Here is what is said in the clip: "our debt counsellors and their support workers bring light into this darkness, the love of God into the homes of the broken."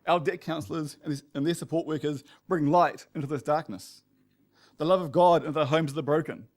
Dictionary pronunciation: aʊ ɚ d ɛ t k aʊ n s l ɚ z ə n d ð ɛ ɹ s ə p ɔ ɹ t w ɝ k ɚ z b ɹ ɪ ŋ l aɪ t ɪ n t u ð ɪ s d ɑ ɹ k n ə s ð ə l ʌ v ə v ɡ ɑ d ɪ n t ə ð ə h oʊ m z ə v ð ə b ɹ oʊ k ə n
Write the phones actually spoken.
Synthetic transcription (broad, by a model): aʊ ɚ d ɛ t k aʊ n s l ɚ z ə n ð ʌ ɹ s ə p ɔ ɹ t w ɝ k ɚ z b ɹ ɪ ŋ l aɪ t ɪ n t u ð ɪ s d ɑ ɹ k n ə s ð ə l ʌ v ə v ɡ ɑ d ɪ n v ð ə h oʊ m z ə ð ə b ɹ oʊ k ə n